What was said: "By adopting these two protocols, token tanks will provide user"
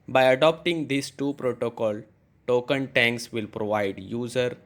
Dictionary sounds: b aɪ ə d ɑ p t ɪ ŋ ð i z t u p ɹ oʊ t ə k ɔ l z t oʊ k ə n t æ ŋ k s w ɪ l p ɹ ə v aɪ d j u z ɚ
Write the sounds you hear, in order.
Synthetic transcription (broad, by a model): b aɪ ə d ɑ p t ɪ ŋ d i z t u p ɹ oʊ t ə k ɔ l t oʊ k ə n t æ ŋ k s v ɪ l p ɹ ə v aɪ d j u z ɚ